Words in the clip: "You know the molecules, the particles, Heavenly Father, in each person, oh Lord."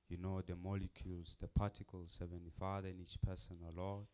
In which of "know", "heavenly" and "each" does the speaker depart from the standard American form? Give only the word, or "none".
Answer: heavenly